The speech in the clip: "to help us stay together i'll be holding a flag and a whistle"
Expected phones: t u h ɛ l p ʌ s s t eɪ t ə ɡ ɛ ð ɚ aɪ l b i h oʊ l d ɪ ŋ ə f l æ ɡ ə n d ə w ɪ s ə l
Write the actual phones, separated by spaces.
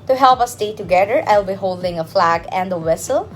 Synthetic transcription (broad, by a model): t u h ɛ l p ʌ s s t eɪ t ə ɡ ɛ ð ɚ aɪ l b i h oʊ l d ɪ ŋ ə f l æ ɡ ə n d ə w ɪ s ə l